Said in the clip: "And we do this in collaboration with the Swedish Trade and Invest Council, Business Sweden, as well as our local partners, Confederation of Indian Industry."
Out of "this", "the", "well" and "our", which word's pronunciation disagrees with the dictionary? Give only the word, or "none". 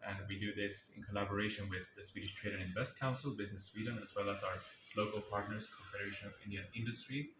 none